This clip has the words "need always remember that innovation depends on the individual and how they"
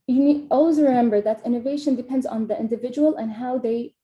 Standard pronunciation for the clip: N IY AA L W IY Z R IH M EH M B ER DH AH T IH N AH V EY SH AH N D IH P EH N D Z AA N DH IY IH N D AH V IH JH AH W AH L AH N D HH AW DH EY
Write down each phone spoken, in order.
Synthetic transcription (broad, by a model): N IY AA L W IY Z R IH M EH M B ER DH AH T IH N AH V EY SH AH N D IH P EH N D Z N DH IY IH N D AH V IH JH AH W AH L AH N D HH AW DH EY